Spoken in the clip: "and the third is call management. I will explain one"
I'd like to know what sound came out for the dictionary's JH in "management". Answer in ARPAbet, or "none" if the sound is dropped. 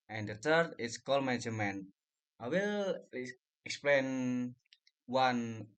none